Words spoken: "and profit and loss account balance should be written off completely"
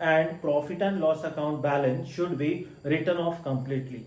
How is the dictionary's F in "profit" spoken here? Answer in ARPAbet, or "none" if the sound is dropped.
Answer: F